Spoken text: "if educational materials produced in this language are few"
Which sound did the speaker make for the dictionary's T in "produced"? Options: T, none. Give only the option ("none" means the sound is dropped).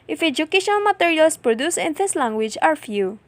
none